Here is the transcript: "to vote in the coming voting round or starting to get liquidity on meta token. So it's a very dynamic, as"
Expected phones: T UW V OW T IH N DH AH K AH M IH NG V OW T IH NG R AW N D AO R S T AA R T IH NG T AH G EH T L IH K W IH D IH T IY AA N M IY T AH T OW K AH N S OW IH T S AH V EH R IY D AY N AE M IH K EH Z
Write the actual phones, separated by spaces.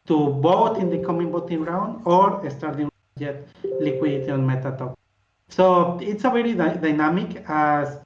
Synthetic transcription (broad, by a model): T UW B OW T IH N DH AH K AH M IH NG B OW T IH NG R AW N D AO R S T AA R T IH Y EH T L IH K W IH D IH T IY AA N M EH T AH T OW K S OW IH T S AH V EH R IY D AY N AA M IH K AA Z